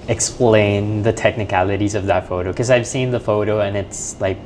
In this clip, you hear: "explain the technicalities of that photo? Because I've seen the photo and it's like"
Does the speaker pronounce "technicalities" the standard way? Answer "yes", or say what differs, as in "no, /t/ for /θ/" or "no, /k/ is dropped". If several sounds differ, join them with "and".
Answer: yes